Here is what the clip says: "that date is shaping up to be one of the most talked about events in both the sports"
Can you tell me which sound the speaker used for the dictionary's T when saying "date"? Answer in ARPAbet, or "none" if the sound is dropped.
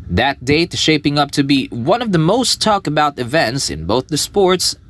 none